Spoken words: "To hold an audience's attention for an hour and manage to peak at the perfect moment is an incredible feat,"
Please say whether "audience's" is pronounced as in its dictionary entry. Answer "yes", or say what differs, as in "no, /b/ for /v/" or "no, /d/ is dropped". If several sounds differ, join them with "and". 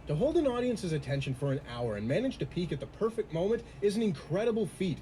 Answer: yes